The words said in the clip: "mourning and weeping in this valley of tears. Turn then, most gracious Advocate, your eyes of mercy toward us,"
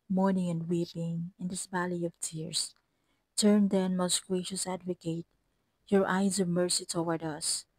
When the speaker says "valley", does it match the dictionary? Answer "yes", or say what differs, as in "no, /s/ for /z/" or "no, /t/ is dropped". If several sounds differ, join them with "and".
no, /b/ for /v/